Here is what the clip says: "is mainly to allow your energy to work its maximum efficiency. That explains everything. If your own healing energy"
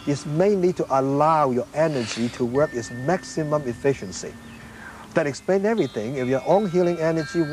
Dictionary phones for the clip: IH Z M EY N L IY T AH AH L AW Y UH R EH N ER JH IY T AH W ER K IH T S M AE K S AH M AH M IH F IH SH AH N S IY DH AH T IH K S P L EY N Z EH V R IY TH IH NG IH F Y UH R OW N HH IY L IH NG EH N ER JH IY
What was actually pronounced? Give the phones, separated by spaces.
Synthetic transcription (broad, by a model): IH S M EY N L IY T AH AH L AW Y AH R EH N ER JH IY T AH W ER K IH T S M AE K S AH M AH M IH F IH SH AH N S IY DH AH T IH K S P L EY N EH V R IY TH IH NG IH F Y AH R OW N HH IY L IH NG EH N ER JH IY